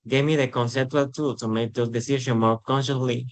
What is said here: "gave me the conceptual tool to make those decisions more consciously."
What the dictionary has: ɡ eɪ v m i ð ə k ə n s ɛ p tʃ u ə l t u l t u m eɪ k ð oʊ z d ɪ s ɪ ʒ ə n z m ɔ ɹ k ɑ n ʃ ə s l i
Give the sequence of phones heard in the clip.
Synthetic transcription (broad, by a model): ɡ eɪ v m i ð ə k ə n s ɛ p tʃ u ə l t u l t u m eɪ k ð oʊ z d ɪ s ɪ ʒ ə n m ɔ ɹ k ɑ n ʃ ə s l i